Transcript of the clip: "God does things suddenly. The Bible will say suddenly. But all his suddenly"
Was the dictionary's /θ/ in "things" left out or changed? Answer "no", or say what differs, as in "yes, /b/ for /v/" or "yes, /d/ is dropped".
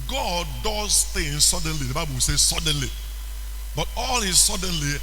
yes, /t/ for /θ/